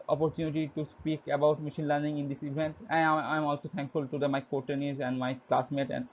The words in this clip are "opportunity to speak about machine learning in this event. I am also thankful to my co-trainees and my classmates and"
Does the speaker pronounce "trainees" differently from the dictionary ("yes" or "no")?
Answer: yes